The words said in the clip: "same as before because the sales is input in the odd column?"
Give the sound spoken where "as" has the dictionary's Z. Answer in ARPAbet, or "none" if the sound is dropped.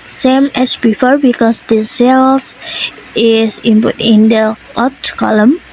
S